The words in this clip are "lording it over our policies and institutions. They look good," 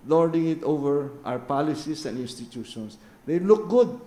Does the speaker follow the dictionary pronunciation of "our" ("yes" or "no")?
no